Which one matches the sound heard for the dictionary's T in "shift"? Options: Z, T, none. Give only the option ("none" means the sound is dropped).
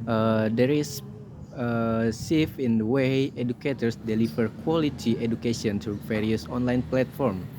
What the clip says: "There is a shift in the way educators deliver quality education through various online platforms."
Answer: none